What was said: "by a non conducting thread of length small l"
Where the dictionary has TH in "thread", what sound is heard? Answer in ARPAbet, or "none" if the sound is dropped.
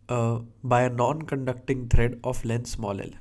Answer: T